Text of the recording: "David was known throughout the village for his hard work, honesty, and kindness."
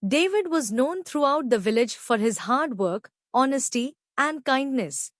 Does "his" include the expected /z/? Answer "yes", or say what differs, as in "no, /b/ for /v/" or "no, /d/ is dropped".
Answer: yes